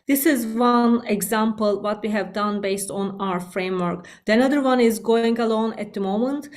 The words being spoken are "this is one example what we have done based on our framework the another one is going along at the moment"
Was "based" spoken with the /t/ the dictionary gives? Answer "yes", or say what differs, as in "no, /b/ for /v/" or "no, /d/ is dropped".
yes